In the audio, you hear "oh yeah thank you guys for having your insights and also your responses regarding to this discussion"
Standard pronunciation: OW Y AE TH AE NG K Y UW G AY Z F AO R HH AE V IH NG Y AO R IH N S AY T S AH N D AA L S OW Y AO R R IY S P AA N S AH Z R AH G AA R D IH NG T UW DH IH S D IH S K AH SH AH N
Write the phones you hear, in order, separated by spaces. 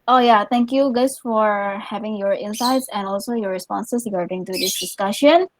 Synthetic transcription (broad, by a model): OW Y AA T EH NG K Y UW G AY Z F AO R HH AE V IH NG Y AO R IH N S AY T S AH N AA L S OW Y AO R R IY S P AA N S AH S R AH G AA R D IH NG T UW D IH S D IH S K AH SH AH N